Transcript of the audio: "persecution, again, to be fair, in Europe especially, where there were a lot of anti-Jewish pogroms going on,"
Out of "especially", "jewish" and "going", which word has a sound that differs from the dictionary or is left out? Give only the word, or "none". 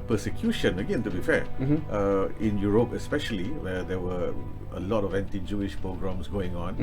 none